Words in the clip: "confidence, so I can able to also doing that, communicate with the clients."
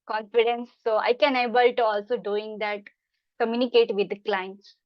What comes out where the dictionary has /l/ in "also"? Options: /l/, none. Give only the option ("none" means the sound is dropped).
/l/